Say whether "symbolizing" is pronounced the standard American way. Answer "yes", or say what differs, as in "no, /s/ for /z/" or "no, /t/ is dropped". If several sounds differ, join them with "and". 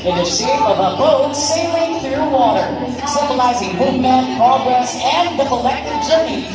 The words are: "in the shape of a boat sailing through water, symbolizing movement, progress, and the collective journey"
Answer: yes